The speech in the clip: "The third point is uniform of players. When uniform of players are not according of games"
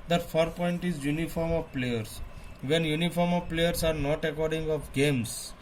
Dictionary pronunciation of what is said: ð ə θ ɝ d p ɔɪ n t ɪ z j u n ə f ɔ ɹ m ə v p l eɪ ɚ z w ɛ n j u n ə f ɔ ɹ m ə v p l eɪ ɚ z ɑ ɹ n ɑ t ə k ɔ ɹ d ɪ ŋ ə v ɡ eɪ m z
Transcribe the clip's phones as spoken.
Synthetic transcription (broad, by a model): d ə f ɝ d p ɔɪ n t ɪ z j u n ə f ɔ ɹ m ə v p l eɪ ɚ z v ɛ n j u n ə f ɔ ɹ m ə v p l eɪ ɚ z ɑ ɹ n ɑ t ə k ɔ ɹ d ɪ ŋ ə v ɡ eɪ m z